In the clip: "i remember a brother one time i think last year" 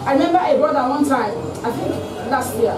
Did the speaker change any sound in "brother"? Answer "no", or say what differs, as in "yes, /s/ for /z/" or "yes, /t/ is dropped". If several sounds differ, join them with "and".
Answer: yes, /ɹ/ is dropped